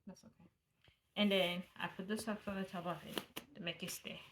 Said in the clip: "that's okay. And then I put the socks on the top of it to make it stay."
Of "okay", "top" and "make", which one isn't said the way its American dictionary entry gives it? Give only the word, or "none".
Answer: top